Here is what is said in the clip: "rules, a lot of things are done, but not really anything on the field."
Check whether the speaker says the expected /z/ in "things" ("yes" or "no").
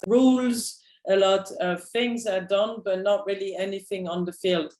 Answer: yes